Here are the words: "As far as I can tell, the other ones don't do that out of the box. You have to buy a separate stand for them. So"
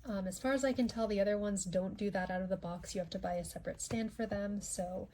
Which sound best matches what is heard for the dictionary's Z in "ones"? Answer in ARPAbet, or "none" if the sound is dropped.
Z